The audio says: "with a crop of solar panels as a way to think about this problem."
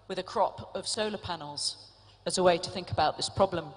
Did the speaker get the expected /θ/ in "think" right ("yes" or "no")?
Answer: yes